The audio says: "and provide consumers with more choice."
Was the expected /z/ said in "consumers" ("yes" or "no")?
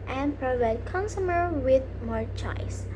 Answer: no